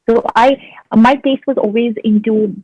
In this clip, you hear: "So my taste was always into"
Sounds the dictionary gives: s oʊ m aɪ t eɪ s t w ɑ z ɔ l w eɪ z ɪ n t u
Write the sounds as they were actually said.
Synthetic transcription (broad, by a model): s oʊ m aɪ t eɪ s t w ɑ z ɔ l w eɪ z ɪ n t u